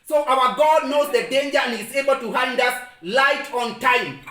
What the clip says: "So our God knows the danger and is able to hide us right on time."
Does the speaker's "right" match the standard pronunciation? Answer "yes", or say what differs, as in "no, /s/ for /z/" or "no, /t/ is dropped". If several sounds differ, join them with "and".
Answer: no, /l/ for /ɹ/